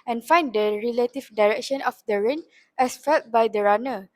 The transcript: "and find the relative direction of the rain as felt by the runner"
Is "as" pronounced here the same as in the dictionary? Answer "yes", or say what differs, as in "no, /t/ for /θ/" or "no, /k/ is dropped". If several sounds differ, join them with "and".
no, /s/ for /z/